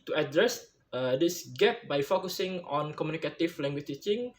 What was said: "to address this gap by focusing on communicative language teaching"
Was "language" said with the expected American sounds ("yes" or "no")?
no